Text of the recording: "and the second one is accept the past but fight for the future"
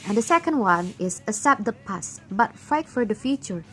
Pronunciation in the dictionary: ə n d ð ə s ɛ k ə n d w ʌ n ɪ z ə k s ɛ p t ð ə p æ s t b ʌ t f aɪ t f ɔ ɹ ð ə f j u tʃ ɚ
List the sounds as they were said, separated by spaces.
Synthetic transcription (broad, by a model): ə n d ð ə s ɛ k ə n d w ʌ n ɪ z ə s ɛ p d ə p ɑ s b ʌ t f aɪ t f ɔ ɹ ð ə f j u tʃ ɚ